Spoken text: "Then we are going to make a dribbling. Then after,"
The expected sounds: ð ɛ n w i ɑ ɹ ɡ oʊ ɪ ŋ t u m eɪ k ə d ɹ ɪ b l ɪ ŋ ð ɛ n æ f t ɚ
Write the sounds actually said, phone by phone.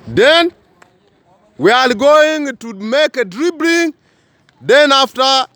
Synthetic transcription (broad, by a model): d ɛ n w i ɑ l ɡ oʊ ɪ ŋ t u m eɪ k ə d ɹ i b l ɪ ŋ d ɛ n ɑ f t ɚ